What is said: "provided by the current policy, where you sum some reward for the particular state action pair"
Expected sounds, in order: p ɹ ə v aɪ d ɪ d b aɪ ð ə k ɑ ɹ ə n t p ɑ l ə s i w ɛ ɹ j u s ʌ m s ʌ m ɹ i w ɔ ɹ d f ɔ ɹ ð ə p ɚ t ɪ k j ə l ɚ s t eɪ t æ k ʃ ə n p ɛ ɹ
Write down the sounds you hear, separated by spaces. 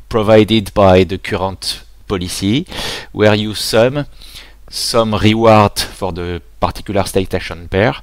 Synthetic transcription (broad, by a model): p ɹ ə v aɪ d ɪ d b aɪ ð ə k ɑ ɹ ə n t p ɑ l ə s i w ɛ ɹ j u s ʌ m s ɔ m ɹ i w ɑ ɹ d f ɔ ɹ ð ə p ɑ t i k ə l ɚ s t eɪ t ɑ ʃ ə n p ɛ ɹ